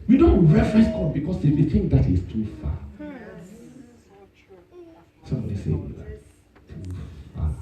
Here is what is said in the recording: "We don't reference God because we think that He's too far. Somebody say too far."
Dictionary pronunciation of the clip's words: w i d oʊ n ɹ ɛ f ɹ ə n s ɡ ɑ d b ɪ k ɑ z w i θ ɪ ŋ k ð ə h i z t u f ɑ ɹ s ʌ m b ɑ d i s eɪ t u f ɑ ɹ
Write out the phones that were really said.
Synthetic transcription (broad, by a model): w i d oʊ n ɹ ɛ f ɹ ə s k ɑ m b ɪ k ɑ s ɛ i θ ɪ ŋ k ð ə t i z t u f ɑ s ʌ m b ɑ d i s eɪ t u f ɑ